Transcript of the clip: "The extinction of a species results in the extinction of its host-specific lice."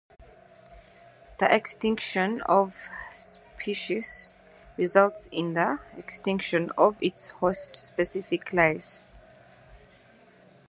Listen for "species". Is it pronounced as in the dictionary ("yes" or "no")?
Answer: no